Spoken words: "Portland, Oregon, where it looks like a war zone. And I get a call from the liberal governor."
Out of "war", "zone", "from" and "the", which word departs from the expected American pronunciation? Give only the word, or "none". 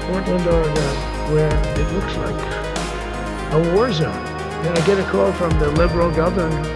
zone